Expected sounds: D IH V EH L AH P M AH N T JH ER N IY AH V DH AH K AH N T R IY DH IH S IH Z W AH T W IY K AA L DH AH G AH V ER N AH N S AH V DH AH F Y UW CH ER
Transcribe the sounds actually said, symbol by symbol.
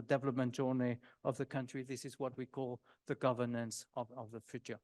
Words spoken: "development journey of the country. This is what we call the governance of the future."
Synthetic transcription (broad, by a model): D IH V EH L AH P M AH N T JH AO N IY AH V DH AH K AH N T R IY DH IH S IH Z W AH T W IY K AA L DH AH G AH V ER N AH N S AH V DH AH F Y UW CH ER